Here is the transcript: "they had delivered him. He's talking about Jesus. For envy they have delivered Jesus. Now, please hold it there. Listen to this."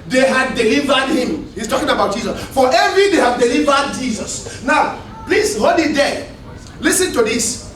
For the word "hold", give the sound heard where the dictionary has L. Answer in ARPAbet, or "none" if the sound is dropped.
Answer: none